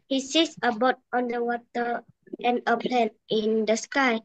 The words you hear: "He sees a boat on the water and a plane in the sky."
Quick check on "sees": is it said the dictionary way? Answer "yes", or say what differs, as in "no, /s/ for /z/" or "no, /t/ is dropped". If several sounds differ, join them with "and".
no, /s/ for /z/